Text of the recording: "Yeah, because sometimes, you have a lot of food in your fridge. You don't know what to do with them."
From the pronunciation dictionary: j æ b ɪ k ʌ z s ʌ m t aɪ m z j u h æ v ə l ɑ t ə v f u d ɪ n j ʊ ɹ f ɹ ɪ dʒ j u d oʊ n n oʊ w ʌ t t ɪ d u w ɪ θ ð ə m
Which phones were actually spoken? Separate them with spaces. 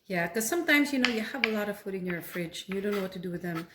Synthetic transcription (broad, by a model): j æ k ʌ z s ʌ m t aɪ m z j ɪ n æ v ə l ɑ t ə v f u d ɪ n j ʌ ɹ f ɹ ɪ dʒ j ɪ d oʊ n n oʊ w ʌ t t ɪ d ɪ w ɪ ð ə m